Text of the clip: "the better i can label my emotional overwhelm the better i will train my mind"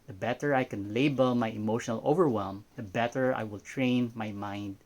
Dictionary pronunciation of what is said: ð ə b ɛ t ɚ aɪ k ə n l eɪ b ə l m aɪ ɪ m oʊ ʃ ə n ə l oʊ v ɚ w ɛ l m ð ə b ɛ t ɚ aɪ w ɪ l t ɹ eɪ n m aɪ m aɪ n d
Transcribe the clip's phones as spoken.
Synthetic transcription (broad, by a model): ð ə b ɛ t ɚ aɪ k ə n l eɪ b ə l m aɪ ɪ m oʊ ʃ ə n ə l oʊ v ɚ w ɛ l m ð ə b ɛ t ɚ aɪ w ɪ l t ɹ eɪ n m aɪ m aɪ n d